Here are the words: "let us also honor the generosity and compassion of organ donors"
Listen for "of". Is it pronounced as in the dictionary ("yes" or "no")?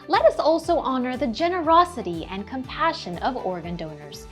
yes